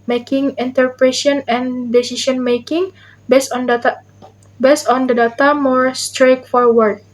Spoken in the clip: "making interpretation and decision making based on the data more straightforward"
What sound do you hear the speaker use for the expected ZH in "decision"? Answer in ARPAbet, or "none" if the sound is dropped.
SH